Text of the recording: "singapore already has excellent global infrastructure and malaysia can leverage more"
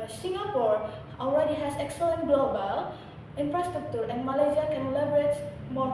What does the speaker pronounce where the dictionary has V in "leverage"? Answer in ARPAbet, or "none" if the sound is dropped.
B